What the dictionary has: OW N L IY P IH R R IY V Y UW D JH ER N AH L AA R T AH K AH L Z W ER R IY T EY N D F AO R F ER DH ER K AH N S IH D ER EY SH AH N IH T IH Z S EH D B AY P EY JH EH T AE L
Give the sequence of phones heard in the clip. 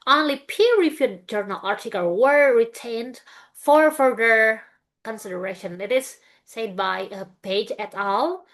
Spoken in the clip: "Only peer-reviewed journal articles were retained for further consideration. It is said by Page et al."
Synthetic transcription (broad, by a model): OW N L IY P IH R R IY F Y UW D JH ER N AH L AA R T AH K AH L W ER R IY T EY N D F AO R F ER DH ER K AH N S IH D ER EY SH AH N IH T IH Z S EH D B AY P EY JH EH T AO L